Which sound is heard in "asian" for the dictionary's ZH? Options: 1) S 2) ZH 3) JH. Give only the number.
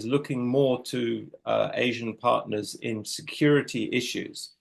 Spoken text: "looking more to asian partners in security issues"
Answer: 2